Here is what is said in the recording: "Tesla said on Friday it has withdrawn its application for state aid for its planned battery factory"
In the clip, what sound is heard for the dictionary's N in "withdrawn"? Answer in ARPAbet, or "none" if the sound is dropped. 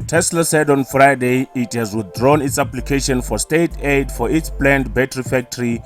N